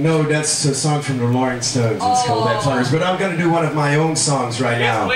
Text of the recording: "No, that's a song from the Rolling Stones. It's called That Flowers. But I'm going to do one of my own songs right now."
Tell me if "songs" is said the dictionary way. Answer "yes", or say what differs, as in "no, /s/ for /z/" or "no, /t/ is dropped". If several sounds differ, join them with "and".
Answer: yes